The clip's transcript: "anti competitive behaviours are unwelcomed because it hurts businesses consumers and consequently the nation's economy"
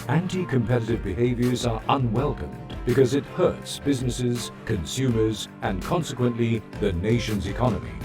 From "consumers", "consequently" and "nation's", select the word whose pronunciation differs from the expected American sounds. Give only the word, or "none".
none